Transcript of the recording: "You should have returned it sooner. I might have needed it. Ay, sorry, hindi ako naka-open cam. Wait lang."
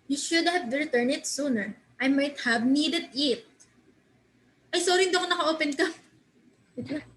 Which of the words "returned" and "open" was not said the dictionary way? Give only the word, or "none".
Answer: returned